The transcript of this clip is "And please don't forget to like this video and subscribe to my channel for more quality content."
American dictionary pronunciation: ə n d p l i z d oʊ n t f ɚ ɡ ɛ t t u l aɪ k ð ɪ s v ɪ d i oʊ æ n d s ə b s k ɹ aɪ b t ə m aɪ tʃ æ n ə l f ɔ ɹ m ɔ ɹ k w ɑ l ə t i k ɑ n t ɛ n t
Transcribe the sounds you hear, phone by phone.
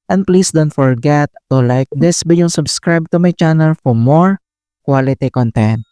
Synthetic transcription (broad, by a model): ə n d p l i s d oʊ n t f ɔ ɡ ɛ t t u l aɪ k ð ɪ s b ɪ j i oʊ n s ə b s k ɹ aɪ b t ə m aɪ tʃ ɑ n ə l f ɔ ɹ m ɔ ɹ k w ɑ l ə t i k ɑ n t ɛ n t